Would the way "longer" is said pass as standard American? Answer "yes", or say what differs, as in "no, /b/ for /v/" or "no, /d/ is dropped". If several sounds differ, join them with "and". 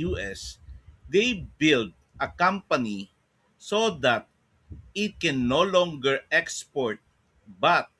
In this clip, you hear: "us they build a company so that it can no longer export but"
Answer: yes